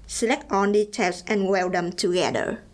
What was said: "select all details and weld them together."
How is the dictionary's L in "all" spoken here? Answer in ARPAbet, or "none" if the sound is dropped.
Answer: N